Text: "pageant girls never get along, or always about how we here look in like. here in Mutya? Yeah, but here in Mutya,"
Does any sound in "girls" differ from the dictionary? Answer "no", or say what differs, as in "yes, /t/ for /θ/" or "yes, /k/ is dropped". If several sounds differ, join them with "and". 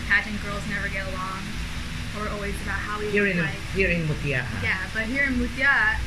no